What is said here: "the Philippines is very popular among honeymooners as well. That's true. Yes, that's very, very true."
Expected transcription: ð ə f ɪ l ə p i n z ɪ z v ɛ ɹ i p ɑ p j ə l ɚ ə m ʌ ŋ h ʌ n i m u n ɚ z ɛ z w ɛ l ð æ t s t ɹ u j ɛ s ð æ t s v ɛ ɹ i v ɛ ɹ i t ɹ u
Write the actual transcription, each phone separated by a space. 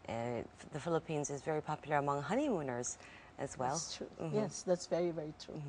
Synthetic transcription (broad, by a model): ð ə f ɪ l ə p i n z ɪ z v ɛ ɹ i p ɑ p j l ɚ ə m ʌ ŋ h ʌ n i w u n ɚ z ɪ z w ɛ l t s t ɹ u j ɛ s ð æ t s v ɛ ɹ i v ɛ ɹ i t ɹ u